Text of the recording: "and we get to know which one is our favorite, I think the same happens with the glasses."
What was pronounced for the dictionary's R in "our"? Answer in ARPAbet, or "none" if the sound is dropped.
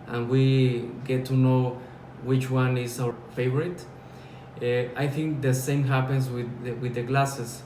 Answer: W